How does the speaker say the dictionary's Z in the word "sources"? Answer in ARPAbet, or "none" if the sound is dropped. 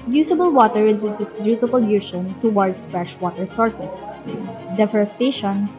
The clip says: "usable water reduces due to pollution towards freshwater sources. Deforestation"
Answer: S